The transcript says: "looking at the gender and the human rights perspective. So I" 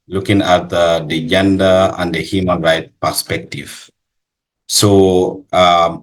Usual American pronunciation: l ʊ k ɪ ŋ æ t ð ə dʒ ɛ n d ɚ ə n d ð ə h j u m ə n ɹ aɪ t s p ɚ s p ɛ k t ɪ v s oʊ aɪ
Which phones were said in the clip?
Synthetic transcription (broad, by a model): l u k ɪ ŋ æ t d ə dʒ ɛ n d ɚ ə n d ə h j u m ə n ɹ aɪ t p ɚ s p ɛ k t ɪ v s oʊ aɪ